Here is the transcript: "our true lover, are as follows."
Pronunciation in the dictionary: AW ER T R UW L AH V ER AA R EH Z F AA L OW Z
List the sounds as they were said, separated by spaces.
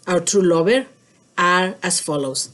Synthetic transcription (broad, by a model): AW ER T R UW L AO B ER AA R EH S F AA L OW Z